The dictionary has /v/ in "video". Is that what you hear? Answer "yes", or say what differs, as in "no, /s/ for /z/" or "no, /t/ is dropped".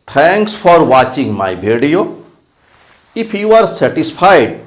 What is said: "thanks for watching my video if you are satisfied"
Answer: no, /b/ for /v/